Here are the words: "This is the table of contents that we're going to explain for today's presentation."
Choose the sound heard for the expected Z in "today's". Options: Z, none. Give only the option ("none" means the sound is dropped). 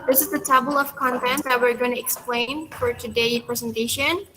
none